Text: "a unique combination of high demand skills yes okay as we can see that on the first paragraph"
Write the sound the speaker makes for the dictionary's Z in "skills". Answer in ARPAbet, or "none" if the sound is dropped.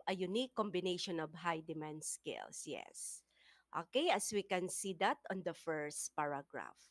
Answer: S